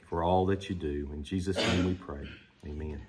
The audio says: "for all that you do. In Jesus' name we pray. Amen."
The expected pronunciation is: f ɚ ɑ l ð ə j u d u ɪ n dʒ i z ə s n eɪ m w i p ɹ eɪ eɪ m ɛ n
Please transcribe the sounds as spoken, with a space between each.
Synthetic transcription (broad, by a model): f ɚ ɑ l ð ə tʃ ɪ d u ɪ n dʒ i z ə s n eɪ m w i p ɹ eɪ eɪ m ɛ n